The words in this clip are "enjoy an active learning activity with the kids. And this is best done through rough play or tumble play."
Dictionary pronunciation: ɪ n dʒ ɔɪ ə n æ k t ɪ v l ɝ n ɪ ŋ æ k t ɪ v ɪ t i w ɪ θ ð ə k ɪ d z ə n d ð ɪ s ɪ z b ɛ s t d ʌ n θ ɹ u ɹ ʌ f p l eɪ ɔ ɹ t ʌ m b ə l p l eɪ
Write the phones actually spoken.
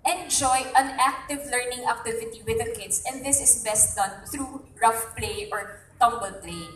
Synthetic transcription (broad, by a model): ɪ n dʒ ɔɪ ə n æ k t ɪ v l ɝ n ɪ ŋ æ k t ɪ v ɪ t i w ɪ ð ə k ɪ d s ə n d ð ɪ s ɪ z b ɛ s t d ʌ n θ ɹ u ɹ ʌ f p l eɪ ɔ ɹ t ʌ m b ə l p l eɪ